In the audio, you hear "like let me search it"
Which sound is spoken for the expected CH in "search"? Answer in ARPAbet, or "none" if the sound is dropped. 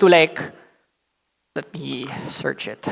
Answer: CH